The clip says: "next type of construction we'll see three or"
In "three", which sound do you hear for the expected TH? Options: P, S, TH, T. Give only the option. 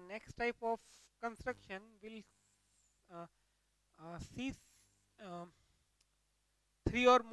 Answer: S